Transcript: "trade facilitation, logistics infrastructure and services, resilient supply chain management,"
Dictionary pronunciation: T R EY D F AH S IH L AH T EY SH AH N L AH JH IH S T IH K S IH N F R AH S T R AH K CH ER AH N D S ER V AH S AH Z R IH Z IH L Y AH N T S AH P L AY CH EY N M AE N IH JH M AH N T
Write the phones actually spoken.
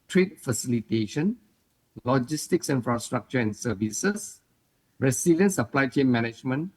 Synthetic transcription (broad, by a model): T R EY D F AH S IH L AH T EY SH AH N L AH JH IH S T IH K S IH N F R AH S T R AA K CH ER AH N S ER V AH S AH S R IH S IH L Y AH N S AH P L AY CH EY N M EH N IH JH M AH N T